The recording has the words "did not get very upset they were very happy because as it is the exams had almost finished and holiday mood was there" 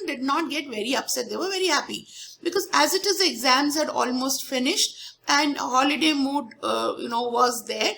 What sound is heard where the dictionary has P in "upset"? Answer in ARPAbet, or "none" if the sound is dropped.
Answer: P